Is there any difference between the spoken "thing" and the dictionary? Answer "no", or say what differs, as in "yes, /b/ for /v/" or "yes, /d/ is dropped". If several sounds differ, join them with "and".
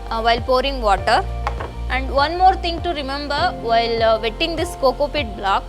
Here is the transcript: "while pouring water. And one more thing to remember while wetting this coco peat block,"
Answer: yes, /t/ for /θ/